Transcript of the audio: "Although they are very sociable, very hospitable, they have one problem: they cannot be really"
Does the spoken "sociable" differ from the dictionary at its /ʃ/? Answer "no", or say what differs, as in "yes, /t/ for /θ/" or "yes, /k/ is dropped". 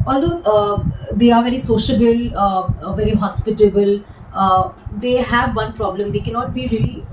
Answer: no